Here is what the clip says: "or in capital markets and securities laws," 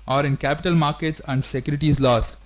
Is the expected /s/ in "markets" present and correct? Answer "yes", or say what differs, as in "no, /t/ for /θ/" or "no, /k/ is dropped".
yes